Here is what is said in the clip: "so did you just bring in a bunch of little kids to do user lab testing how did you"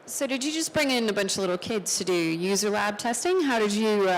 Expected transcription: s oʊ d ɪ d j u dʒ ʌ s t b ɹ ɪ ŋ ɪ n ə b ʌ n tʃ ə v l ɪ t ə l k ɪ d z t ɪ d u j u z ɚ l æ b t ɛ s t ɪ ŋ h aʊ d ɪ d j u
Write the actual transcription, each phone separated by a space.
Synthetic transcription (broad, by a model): s oʊ d ɪ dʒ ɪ dʒ ʌ s b ɹ ɪ ŋ ɪ n ə b ʌ n tʃ ə v l ɪ t l k ɪ d z t ɪ d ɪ j u z ɚ l æ b t ɛ s t ɪ ŋ h aʊ d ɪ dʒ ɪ